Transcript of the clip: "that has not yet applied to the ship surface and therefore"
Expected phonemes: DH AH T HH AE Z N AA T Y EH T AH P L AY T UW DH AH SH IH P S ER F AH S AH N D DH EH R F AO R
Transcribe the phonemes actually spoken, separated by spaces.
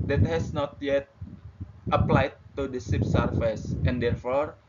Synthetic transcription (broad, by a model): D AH T HH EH S N AA T Y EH T AH P L AY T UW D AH S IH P S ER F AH S AH N D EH R F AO R